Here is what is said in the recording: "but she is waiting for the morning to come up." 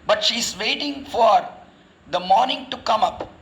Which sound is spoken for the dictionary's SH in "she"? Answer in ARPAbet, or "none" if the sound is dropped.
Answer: SH